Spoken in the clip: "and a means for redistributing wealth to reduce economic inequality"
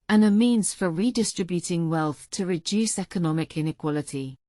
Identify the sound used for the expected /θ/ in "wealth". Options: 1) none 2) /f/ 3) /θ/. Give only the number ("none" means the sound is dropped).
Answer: 3